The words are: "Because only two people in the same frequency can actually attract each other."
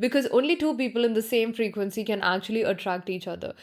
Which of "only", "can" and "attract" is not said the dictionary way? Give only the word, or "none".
none